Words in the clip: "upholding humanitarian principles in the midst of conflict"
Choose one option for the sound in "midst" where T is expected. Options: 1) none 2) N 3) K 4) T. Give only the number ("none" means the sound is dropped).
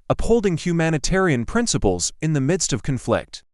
4